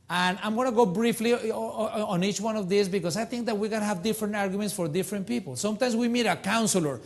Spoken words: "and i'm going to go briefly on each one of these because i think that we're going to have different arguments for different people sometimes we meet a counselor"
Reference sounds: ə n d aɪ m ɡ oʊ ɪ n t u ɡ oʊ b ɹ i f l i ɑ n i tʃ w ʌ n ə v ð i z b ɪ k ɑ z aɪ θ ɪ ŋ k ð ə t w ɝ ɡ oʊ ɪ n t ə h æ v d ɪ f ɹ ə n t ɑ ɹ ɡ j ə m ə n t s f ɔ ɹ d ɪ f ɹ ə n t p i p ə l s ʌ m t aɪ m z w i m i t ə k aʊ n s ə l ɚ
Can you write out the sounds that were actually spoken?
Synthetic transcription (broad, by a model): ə n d aɪ m ɡ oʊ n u ɡ oʊ b ɹ i f l i ɑ n i tʃ w ʌ n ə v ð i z b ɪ k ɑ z aɪ θ ɪ ŋ k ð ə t w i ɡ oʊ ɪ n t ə h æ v d ɪ f ɹ ə n t ɑ ɹ ɡ j ə m ə n t s f ɔ ɹ d ɪ f ɹ ə n t p i p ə l s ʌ m t aɪ m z w i m i t ə k aʊ n s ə l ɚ